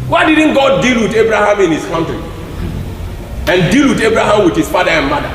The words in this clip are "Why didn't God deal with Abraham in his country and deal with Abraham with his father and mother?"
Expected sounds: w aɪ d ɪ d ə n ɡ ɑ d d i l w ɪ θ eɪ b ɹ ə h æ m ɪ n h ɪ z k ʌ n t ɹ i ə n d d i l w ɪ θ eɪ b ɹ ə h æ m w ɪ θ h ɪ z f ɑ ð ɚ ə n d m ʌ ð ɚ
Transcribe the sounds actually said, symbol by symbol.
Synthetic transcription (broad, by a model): w aɪ d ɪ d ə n ɡ ɑ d d i l w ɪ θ eɪ b ɹ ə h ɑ m ɪ n h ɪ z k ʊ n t i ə n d d i l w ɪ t eɪ b ɹ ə h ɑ m w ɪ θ h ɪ s f ɑ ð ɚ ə n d m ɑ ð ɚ